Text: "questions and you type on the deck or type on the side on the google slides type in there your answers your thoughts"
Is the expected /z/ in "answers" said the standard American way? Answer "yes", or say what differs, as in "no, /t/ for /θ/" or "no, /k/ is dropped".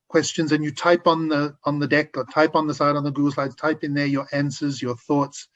yes